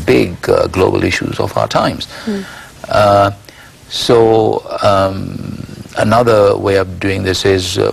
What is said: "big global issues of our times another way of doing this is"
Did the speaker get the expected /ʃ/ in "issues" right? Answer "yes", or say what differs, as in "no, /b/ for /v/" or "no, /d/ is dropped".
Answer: yes